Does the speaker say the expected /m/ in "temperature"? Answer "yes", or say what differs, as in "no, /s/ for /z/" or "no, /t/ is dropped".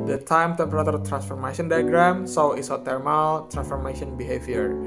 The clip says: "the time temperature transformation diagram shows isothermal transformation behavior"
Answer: no, /m/ is dropped